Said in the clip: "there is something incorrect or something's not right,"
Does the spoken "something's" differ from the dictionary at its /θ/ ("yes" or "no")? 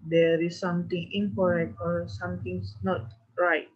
yes